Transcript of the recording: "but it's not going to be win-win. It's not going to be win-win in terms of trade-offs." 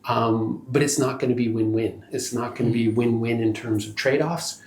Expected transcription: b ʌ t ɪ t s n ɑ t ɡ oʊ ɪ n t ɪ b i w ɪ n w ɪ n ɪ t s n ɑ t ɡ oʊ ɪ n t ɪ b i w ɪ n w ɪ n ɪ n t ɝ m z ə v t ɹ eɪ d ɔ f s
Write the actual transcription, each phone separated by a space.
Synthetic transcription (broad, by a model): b ʌ t ɪ t s n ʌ t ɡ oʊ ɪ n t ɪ b i w ɪ n w ɪ n ɪ t s n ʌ t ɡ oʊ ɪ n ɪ b i w ɪ n w ɪ n ɪ n t ɝ m z ə v t ɹ eɪ d ɔ f s